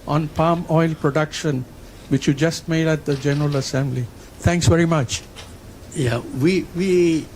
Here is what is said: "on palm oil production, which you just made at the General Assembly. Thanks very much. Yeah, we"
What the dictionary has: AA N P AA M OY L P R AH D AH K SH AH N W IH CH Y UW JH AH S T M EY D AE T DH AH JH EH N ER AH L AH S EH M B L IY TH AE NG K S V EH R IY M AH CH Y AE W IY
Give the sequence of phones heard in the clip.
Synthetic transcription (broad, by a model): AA N P AA M OY L P R AH D AH K SH AH N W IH CH Y UW JH AH S T M EY D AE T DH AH JH EH N ER AH L AH S EH M B L IY T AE NG K S V EH R IY M AH CH Y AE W IY